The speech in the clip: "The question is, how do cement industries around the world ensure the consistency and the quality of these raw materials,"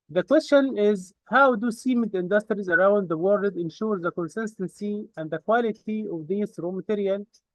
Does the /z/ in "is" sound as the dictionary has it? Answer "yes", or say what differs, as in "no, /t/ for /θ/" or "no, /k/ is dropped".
yes